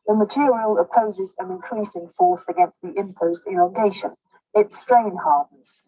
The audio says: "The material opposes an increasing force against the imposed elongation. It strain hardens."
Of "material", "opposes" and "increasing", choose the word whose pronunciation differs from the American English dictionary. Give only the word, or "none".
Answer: none